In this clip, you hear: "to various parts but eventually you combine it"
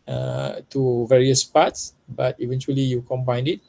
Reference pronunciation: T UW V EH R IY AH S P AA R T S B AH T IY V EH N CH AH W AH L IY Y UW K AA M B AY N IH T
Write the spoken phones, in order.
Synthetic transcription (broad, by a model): T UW V EH R IY AH S P AA T S B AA T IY V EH N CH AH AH L IY Y UW K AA M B AY N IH T